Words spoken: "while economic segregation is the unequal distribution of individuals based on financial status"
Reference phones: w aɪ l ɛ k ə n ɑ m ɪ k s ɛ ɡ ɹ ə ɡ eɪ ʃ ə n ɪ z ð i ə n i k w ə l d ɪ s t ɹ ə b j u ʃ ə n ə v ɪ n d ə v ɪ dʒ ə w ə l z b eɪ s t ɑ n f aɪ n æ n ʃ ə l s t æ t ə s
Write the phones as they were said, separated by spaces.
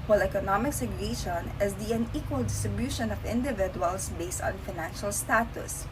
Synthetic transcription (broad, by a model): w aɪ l ɛ k ə n ɑ m ɪ k s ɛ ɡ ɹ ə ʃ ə n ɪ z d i ə n i k w ə l d ɪ s t ɹ ə b j u ʃ ə n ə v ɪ n d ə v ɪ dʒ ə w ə l s b eɪ s t ɑ n f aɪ n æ n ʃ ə l s t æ t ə s